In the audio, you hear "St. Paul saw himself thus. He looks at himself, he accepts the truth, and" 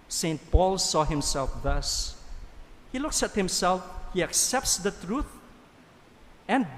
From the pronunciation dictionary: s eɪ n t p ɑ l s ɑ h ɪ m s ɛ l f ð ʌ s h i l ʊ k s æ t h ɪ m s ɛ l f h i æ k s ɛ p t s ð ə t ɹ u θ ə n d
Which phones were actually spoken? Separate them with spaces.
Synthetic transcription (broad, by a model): s eɪ n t p ɑ l s ɑ h ɪ m s ɛ l f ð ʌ s h i l ʊ k s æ t h ɪ m s ɛ l f h i æ k s ɛ p t s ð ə t ɹ u θ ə n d